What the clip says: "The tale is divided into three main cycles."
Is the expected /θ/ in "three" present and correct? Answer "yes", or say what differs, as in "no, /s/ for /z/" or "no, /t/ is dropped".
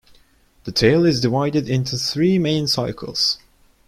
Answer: yes